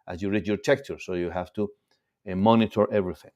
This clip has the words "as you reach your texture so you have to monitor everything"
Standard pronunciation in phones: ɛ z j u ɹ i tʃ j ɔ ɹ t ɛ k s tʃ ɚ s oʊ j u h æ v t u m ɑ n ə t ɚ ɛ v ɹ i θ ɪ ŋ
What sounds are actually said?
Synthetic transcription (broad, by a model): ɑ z j u ɹ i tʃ j ɔ ɹ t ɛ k tʃ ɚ s oʊ j u h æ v t u m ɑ n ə t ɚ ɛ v ɹ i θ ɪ ŋ